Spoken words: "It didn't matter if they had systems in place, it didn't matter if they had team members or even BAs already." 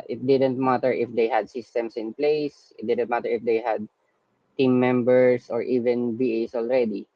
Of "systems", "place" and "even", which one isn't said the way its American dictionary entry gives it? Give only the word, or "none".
systems